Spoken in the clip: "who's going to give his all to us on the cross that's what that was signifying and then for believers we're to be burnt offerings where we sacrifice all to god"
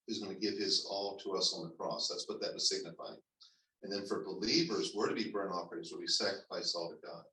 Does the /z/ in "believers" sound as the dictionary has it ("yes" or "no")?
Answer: yes